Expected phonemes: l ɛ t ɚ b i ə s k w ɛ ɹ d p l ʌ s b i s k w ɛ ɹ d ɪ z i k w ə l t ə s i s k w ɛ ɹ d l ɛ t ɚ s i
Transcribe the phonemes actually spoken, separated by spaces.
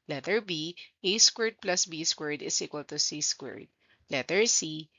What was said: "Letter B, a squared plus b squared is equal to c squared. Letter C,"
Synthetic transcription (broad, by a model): l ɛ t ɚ b i ə s k w ɛ ɹ d p l ʌ s b i s k w ɛ ɹ d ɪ s i k w ə l t ə s i s k w ɛ ɹ d l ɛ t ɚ s i